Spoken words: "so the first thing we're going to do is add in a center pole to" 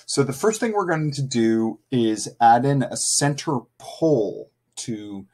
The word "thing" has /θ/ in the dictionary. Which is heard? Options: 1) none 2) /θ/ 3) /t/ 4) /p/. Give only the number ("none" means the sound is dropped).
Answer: 2